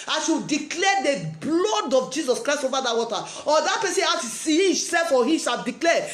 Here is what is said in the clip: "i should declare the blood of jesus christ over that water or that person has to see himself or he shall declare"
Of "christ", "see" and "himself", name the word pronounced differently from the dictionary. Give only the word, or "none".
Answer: himself